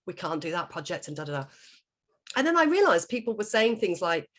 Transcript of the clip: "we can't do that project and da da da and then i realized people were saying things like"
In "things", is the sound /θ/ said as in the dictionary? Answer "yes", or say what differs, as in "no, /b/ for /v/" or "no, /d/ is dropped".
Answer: yes